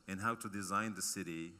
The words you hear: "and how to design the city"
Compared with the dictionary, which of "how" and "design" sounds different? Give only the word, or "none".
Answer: none